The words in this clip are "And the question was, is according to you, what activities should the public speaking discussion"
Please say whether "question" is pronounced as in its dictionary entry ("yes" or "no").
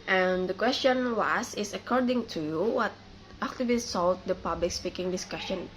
yes